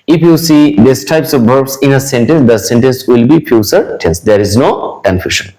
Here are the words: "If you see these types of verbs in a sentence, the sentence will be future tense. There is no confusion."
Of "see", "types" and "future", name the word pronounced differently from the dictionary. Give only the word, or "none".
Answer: future